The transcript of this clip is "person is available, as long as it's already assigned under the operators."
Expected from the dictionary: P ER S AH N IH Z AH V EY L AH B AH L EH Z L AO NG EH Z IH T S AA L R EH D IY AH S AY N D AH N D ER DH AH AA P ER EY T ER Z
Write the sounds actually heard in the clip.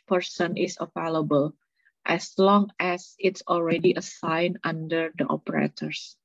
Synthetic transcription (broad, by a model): P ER S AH N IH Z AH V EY L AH B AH L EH S L AO NG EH S IH T S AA L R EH D IY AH S AY N AH N D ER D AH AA P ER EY T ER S